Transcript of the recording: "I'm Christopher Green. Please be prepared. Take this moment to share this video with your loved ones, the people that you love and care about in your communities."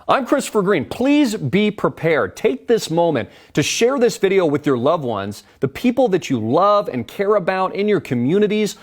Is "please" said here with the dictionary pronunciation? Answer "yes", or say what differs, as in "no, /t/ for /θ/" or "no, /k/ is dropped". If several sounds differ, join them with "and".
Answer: yes